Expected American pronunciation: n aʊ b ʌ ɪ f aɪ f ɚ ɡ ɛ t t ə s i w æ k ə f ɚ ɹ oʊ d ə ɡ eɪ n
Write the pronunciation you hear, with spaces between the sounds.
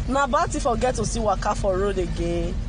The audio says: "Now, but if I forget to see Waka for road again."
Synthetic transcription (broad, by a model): n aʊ b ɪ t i f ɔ ɡ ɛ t t ə s i w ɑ k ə f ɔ ɹ oʊ d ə ɡ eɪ